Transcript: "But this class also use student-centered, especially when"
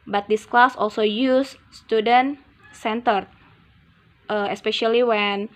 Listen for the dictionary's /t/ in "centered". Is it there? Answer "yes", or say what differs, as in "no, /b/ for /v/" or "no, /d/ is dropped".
yes